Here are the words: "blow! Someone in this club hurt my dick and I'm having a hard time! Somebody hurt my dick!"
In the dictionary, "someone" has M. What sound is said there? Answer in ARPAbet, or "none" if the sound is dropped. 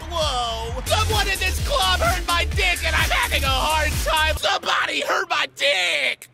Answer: none